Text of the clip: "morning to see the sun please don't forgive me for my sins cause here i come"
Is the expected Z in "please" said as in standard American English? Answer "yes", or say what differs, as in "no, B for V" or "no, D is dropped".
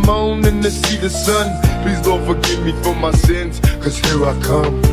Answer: yes